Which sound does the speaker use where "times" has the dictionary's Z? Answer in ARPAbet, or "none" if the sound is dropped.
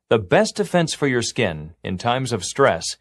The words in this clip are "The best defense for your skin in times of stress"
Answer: Z